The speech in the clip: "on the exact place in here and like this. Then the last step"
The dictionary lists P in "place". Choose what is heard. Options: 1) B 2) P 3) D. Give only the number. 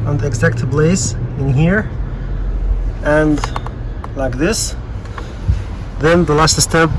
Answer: 1